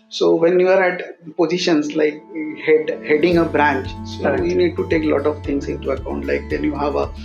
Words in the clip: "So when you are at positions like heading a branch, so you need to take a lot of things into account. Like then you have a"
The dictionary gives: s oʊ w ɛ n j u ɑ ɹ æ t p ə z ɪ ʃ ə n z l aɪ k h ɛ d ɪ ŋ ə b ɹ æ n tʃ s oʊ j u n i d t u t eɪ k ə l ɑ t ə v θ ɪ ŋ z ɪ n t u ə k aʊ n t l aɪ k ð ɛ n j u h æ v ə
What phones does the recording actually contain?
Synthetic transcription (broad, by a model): s oʊ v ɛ n j u ɑ ɹ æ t p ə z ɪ ʃ ə n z l aɪ k h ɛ d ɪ ŋ ə b ɹ æ n tʃ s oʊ j u n i d t u t eɪ k l ɑ t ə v t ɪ ŋ s ɪ n t u ə k aʊ n t l aɪ k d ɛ n j u h æ v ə